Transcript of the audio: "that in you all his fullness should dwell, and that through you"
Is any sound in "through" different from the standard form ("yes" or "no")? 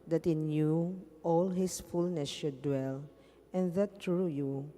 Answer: yes